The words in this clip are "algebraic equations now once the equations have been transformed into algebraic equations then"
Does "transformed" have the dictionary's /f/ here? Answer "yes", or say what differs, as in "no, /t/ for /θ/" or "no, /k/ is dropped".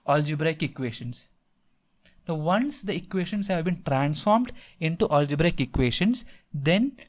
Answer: yes